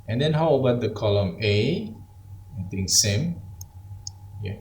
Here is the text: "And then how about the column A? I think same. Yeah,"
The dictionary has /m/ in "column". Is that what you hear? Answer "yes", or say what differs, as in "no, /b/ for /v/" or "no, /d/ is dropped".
yes